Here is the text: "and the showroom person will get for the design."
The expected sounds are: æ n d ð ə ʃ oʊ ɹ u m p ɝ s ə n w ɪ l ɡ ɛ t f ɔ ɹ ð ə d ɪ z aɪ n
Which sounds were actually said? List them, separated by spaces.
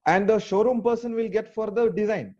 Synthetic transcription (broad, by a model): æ n d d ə ʃ oʊ ɹ u m p ɝ s ə n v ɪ l ɡ ɛ t f ɔ ɹ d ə d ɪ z aɪ n